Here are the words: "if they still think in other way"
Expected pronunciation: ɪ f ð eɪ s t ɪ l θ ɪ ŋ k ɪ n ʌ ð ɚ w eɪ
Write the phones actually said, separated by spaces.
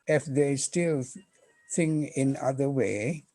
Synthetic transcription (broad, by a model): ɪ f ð eɪ s t ɪ l s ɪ ŋ ɪ n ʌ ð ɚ w eɪ